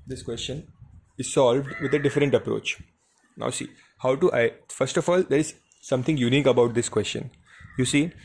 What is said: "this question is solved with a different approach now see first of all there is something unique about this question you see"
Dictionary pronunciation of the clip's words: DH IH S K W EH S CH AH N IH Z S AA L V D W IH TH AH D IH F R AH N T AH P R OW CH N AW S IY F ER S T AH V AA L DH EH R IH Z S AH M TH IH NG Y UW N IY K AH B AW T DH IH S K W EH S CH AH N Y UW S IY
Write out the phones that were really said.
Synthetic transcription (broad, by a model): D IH S K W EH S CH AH N IH Z S AA L V D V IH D AH D IH F R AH N T AH P R OW CH N AW S IY F ER S T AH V AA L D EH R IH Z S AH M T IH NG Y UW N IY K AH B AW T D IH S K W EH S CH AH N Y UW S IY